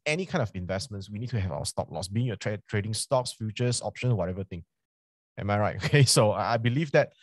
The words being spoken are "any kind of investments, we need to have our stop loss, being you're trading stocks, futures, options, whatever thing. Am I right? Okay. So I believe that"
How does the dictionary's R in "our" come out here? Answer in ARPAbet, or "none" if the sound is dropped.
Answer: W